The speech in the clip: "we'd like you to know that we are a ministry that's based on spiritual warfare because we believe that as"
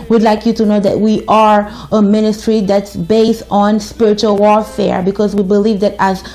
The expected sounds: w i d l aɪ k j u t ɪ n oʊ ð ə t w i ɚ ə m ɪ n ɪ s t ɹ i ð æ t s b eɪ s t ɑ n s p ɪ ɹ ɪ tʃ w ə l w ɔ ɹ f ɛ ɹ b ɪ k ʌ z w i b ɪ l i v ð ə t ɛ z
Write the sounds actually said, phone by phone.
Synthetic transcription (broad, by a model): w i d l aɪ k j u t ɪ n oʊ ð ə t w i ɚ ə m ɪ n ɪ s t ɹ i ð æ t s b eɪ s t n s p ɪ ɹ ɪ tʃ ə l w ɔ ɹ f ɛ ɹ b ɪ k ʌ z w i b ɪ l i v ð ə t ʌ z